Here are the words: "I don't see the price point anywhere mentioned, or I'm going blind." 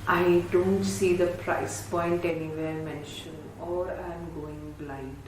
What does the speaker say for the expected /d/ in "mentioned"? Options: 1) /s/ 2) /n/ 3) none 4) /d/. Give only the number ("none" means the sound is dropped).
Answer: 3